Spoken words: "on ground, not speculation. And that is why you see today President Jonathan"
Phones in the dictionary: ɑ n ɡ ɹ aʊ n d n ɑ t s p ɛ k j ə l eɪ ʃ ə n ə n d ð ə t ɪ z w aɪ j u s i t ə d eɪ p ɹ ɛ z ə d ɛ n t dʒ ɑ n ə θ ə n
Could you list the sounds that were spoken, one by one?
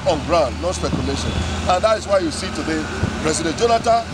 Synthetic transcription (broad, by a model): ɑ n ɡ ɹ aʊ n d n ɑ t s p ɛ k j ə l eɪ ʃ ə n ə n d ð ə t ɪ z w aɪ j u s i t ə d eɪ p ɹ ɛ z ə d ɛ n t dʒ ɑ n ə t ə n